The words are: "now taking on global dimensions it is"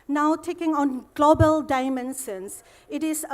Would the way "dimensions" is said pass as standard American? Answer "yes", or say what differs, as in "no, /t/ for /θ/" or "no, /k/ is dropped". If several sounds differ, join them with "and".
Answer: no, /s/ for /ʃ/